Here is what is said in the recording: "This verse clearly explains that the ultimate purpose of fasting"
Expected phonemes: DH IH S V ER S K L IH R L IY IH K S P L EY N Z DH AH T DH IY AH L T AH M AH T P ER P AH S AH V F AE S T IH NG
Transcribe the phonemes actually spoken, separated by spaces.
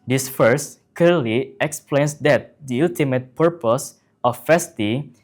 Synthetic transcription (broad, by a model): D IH S F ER S K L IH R L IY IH K S P L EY N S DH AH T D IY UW L T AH M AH T P ER P AH S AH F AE S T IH